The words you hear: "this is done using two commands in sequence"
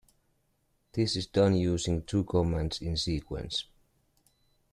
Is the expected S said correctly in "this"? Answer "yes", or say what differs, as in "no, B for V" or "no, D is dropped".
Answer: yes